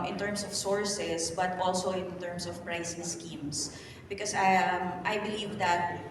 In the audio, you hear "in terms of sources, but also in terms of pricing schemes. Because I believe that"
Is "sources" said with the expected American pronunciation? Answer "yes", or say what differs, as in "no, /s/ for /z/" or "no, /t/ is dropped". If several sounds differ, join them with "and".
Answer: no, /s/ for /z/